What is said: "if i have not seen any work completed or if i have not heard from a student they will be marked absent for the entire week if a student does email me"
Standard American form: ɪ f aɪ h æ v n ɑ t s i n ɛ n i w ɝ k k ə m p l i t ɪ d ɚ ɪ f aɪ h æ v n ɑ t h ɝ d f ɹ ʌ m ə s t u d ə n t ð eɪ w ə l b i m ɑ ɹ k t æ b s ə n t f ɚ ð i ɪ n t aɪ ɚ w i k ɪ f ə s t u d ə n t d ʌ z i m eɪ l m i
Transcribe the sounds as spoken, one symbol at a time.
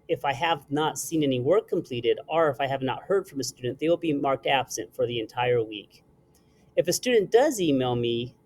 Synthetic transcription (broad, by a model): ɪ f aɪ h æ v n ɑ t s i n ɛ n i w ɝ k k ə m p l i t ɪ d ɚ ɪ f aɪ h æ v n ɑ t h ɝ d f ɹ ʌ m ə s t u d n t ð eɪ w ə l b i m ɑ ɹ k t æ b s ə n t f ɚ ð i ɪ n t aɪ ɚ w i k ɪ f ə s t u d n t d ʌ z i m eɪ l m i